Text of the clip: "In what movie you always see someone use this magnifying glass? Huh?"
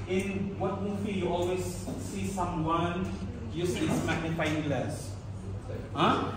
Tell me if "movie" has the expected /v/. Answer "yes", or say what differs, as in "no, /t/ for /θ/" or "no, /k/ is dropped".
no, /f/ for /v/